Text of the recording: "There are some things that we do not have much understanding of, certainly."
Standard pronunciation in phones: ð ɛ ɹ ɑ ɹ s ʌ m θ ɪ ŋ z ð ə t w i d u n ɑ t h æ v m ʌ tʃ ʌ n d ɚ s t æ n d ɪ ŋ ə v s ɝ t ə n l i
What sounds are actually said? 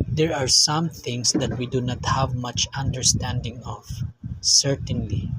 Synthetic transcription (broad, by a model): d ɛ ɹ ɑ ɹ s ʌ m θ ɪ ŋ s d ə t w i d u n ɑ t h æ v m ʌ tʃ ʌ n d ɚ s t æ n d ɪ ŋ ə v s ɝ t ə n l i